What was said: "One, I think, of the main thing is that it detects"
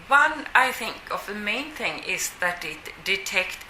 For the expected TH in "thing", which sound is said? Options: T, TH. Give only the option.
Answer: TH